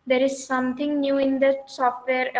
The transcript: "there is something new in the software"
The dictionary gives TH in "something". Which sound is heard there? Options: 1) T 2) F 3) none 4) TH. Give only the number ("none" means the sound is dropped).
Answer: 1